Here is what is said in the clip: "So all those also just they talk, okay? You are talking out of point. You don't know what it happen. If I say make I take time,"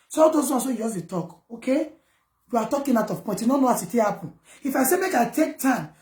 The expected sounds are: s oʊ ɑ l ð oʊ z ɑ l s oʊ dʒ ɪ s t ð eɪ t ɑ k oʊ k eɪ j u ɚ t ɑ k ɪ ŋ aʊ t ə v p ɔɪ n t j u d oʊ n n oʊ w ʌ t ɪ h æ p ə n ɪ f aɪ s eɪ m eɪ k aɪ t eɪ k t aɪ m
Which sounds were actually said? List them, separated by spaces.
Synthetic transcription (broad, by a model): s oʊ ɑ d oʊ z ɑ s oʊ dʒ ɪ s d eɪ t ɑ k oʊ k eɪ j u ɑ t ɑ k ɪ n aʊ t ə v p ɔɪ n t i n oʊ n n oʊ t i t ɪ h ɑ p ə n ɪ f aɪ s eɪ m eɪ k aɪ t eɪ k t aɪ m